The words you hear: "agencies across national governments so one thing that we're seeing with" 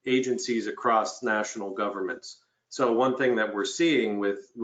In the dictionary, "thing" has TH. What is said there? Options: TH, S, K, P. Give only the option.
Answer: TH